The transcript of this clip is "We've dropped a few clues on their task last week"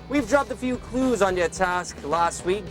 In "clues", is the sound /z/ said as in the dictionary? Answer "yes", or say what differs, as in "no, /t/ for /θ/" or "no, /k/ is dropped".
yes